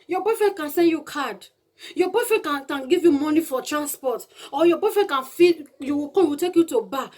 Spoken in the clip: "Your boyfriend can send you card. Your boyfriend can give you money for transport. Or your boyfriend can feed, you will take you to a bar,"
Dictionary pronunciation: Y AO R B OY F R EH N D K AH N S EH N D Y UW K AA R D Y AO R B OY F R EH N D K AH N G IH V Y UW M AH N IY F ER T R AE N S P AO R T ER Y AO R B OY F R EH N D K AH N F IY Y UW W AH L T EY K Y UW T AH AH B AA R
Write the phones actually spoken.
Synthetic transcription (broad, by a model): Y AO B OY F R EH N K AH N S EH N D Y UW K AA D Y AO B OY F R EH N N K AH N G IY V Y UW M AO N IY F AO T R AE N S P AO T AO Y AO B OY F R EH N K AH N F IY Y UW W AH W T EY K Y UW T AH B AA